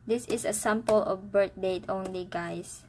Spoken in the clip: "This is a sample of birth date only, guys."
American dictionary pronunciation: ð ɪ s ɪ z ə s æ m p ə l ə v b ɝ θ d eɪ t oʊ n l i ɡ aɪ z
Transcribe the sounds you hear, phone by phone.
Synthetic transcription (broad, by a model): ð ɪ s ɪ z ə s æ m p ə l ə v b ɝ t d eɪ t oʊ n l i ɡ aɪ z